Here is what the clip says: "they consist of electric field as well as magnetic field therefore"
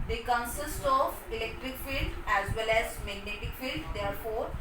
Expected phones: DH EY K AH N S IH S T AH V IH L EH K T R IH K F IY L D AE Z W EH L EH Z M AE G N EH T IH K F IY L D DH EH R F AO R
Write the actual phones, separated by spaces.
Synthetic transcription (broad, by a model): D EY K AH N S IH S T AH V IH L EH K T R IH K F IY L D AE Z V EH L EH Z M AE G N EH T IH K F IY L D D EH R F AO R